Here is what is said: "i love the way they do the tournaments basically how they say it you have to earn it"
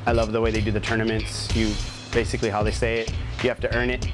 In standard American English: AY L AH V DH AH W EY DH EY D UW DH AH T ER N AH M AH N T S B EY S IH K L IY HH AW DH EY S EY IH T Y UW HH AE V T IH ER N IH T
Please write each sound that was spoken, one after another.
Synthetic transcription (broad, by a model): AY L AH V DH AH W EY DH EY D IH DH AH T ER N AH M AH N T S B EY S IH K L IY HH AW DH EY S EY IH T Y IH HH AE F T IH ER N IH T